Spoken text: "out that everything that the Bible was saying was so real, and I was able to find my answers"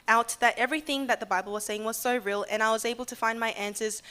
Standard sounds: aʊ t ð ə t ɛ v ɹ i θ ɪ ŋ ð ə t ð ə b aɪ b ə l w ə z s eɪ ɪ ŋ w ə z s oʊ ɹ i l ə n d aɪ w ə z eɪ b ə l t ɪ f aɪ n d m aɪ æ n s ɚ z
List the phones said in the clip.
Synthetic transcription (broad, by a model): aʊ t ð ə t ɛ v ɹ i θ ɪ ŋ ð ə t ð ə b aɪ b l w ə z s eɪ ɪ ŋ w ə z s oʊ ɹ i l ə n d aɪ w ə z eɪ b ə l t ɪ f aɪ n m aɪ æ n s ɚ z